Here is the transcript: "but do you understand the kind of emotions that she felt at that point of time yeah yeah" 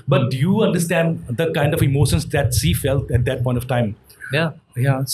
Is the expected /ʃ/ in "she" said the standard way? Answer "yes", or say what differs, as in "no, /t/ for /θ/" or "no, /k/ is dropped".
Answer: no, /s/ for /ʃ/